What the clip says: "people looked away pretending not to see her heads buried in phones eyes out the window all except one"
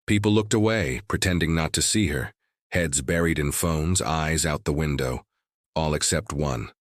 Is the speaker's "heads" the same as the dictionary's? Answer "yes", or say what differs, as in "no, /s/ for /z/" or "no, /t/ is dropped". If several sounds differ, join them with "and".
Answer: yes